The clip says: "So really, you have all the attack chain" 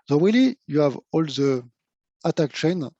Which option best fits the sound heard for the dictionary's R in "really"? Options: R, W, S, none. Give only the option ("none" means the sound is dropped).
W